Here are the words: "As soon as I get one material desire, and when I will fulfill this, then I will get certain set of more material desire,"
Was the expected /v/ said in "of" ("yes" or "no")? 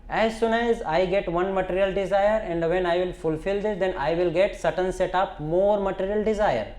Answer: no